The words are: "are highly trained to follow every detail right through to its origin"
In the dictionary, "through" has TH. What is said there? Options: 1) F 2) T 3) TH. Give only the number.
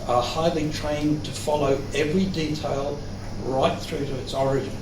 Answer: 3